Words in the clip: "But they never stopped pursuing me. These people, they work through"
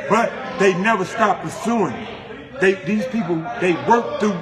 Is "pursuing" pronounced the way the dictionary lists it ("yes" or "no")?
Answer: yes